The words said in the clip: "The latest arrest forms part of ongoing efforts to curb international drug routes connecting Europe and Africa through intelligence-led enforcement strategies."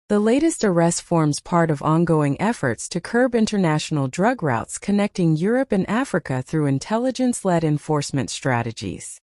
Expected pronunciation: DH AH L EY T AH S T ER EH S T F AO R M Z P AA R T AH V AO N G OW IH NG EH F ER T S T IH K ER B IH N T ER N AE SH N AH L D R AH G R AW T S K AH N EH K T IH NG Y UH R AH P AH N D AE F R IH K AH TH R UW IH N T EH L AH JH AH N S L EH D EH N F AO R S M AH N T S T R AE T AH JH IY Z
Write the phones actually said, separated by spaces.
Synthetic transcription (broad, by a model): DH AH L EY T AH S T ER EH S T F AO R M Z P AA R T AH V AO N G OW IH NG EH F ER T S T IH K ER B IH N T ER N AE SH N L D R AH G R AW T S K AH N EH K T IH NG Y UH R AH P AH N AE F R IH K AH TH R UW IH N T EH L AH JH AH N S L EH D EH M F AO R S M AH N T S T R AE T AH JH IY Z